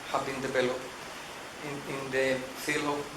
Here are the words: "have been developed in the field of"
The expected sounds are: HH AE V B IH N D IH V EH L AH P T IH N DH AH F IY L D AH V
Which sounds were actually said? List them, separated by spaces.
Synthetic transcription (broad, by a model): HH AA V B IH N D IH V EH L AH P IH N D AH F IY L AH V